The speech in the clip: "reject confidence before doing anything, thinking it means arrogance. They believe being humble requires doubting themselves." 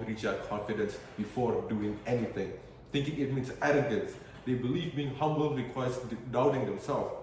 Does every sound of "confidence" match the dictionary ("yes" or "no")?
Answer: yes